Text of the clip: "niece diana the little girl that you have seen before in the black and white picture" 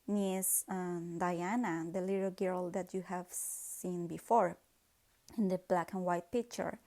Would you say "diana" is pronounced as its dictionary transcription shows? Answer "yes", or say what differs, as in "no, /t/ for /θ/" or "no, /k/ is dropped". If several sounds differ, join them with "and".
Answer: yes